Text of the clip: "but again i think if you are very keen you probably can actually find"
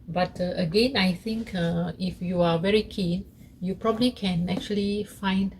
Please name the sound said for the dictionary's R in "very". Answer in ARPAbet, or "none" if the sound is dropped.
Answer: R